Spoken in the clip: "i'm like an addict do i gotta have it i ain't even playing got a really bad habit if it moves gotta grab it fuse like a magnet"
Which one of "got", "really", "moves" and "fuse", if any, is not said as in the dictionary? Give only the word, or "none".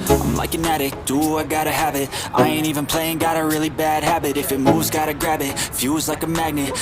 moves